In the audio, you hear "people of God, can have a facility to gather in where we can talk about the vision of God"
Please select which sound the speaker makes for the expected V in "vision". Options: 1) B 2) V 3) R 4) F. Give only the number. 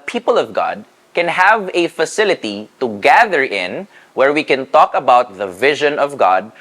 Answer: 2